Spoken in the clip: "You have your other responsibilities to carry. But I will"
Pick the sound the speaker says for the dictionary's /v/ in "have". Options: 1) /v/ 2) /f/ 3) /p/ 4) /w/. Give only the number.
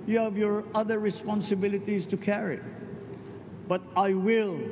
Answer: 1